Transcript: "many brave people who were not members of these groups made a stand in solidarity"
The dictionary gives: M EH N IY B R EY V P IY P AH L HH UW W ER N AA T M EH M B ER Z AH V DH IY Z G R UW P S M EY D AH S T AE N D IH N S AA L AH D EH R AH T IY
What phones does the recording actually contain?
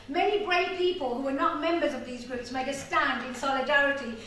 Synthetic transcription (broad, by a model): M EH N IY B R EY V P IY P AH L HH UW W ER N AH T M EH M B ER Z AH V DH IY Z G R UW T S M EY D AH S T AE N D IH N S AA L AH D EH R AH T IY